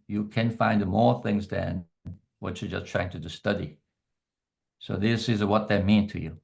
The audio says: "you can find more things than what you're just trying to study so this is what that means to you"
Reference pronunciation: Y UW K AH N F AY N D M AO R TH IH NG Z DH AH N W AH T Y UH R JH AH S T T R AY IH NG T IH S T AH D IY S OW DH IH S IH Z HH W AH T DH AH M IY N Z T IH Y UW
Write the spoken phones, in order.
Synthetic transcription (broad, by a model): Y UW K AH N F AY N D M AO R TH IH NG Z DH AH N W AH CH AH R JH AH S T T R AY IH NG T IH S T AH D IY S OW DH IH S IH Z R W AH T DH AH M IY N T IH Y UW